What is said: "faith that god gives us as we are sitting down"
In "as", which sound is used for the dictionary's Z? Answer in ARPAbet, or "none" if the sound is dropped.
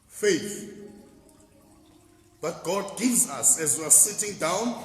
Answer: Z